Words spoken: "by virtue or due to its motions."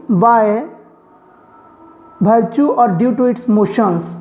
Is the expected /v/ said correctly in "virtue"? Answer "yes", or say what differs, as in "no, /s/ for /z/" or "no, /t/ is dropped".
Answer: no, /b/ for /v/